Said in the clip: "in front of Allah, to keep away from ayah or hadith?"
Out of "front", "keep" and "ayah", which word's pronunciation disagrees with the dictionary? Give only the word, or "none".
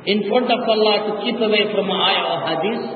front